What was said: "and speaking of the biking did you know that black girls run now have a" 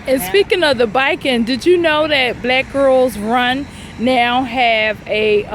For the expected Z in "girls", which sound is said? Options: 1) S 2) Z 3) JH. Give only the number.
2